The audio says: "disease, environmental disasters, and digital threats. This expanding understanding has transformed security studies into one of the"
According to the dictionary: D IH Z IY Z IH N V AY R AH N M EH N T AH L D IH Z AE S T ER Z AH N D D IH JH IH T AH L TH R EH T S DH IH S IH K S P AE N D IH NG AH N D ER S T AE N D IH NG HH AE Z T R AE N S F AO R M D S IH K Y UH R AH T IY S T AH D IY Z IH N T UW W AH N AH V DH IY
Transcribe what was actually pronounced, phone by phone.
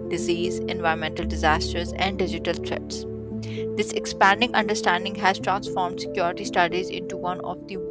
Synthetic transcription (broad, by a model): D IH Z IY Z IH N V AY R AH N M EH N T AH L D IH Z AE S T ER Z AH N D D IH JH IH T AH L T R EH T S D IH S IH K S P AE N D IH NG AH N D ER S T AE N D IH NG HH AE Z T R AE N S F AO R M D S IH K Y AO R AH T IY S T AH D IY Z IH N T UW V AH N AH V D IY